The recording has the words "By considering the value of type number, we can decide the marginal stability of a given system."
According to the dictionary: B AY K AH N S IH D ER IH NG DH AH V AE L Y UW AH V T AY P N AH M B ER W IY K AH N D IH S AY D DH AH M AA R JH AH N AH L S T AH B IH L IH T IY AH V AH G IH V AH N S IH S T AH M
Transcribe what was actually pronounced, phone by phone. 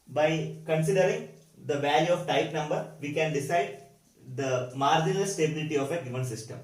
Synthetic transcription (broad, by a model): B AY K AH N S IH D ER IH NG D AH V AE L Y UW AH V T AY P N AH M B ER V IY K AH N D IH S AY D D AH M AA R JH AH N AH L S T AH B IH L IH T IY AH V AH G IH V AH N S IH S T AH M